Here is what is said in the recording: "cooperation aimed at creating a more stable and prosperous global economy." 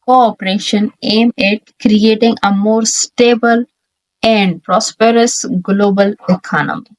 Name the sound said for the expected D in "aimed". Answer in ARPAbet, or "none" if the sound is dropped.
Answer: none